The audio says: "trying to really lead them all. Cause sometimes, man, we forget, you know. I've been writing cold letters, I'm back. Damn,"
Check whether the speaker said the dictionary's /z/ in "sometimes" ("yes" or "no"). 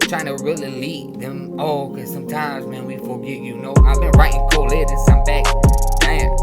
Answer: yes